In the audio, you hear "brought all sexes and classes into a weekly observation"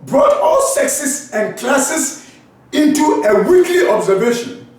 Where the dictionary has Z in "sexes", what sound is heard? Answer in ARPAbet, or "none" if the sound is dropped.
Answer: S